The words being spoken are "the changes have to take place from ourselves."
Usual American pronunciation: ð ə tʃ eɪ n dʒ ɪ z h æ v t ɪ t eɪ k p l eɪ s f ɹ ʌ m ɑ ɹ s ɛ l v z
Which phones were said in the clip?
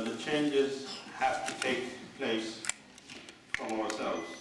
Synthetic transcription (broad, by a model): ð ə tʃ eɪ n dʒ ɪ z h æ f t ɪ t eɪ k p l eɪ s f ɹ ʌ m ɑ ɹ s ɛ l v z